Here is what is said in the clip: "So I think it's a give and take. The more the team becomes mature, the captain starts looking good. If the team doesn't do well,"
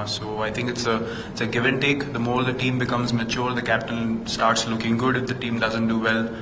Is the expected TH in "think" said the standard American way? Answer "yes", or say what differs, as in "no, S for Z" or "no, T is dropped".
no, T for TH